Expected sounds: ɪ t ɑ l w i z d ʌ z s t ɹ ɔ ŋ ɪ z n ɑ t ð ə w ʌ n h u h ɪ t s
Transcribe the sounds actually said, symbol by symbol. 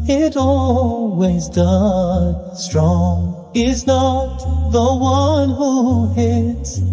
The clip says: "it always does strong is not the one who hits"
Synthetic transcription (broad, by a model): ɪ t ɑ l w i z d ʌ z s t ɹ ɔ ŋ ɪ z n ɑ t ð ə w ʌ n h u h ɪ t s